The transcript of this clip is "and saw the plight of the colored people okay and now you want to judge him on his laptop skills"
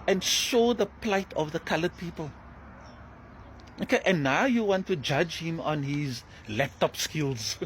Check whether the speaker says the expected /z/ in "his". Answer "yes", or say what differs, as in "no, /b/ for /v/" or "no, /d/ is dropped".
yes